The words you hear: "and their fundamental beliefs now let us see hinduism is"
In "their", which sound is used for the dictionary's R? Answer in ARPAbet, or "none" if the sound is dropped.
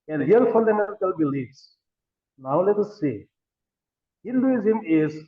L